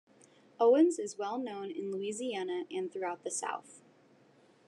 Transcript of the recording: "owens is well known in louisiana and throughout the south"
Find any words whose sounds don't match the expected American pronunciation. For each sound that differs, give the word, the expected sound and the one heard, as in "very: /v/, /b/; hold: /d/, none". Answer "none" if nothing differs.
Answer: none